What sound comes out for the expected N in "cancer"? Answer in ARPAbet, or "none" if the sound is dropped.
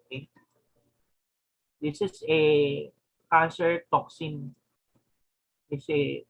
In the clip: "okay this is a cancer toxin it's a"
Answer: none